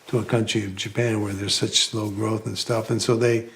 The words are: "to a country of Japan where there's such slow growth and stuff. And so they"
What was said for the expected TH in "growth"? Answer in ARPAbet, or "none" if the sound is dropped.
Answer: TH